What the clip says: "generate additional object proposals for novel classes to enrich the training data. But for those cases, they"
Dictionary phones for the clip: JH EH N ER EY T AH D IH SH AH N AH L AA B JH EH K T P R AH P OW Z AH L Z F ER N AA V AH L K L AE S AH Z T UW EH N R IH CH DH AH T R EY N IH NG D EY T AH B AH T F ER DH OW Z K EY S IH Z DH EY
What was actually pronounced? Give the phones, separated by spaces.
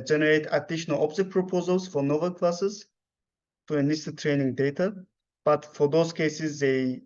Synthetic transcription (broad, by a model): JH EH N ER EY T AH D IH SH AH N AH L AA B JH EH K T P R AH P OW Z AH L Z F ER N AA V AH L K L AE S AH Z T UW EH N IH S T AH T R EY N IH NG D EY T AH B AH T F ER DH OW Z K EY S IH Z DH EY